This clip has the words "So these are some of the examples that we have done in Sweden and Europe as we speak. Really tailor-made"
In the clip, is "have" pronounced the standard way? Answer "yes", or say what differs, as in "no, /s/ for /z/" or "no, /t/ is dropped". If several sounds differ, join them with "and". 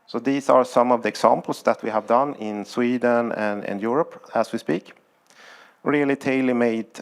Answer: yes